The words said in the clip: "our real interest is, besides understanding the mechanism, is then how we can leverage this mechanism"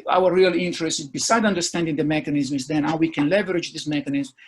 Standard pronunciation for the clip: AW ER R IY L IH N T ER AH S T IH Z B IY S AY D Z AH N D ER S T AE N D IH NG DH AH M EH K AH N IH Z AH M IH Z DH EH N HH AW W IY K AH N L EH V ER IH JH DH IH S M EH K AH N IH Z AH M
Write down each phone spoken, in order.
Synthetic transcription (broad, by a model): AW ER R IY L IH N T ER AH S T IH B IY S AY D AH N D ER S T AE N D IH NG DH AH M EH K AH N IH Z M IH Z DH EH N HH AW W IY K AH N L EH V ER IH JH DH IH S M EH K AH N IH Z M